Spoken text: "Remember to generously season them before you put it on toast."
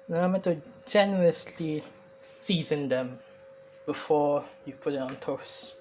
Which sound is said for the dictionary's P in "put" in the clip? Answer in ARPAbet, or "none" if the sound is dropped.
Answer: P